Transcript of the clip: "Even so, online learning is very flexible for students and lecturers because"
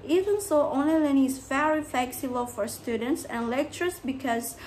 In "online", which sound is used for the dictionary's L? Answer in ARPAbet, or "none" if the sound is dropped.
none